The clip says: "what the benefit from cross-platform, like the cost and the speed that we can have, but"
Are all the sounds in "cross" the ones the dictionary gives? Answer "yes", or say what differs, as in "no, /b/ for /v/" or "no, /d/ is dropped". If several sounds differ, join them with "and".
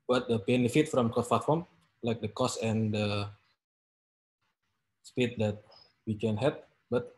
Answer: no, /ɹ/ is dropped